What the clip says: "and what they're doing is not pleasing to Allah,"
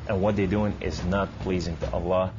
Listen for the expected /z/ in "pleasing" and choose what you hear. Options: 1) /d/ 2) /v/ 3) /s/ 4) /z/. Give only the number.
4